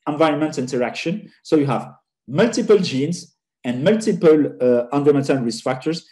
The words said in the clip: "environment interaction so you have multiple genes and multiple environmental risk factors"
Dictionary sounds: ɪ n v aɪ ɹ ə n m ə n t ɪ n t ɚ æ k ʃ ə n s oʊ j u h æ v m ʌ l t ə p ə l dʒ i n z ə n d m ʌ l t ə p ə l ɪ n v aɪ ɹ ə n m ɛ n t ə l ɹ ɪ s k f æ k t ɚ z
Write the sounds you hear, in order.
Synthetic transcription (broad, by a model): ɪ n v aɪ ɹ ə n m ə n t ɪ n t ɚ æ k ʃ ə n s oʊ j u h æ v m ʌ l t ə p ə l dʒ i n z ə n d m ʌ l t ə p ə l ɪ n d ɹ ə m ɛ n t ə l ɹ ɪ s f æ k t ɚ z